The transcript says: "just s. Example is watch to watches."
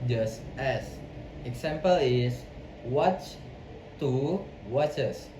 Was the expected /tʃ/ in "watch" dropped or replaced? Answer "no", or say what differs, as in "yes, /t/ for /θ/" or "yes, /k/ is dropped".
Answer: no